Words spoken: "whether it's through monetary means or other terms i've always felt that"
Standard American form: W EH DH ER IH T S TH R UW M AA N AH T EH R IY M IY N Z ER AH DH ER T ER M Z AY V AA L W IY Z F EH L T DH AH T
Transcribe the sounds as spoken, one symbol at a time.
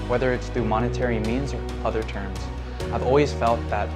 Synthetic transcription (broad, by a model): W EH DH ER IH T S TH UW M AA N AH T EH R IY M IY N Z ER AH DH ER T ER M Z AY V AA L W IY Z F EH L T DH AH T